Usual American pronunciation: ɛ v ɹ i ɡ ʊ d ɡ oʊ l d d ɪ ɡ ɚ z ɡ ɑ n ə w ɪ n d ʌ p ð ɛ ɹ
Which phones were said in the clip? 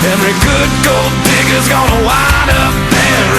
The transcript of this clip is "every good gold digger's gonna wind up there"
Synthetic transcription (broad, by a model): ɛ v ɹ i ɡ ʊ d ɡ oʊ l d d ɪ ɡ ɚ z ɡ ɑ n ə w ɪ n ʌ p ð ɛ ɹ